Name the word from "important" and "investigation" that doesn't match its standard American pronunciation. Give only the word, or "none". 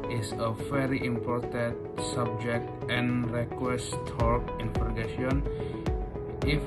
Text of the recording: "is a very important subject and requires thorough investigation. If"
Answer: investigation